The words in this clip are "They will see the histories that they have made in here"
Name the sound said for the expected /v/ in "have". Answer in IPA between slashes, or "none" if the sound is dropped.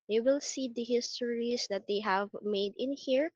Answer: /v/